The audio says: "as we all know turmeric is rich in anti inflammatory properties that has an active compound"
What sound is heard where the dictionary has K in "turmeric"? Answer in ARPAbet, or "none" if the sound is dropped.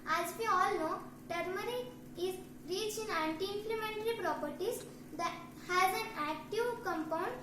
none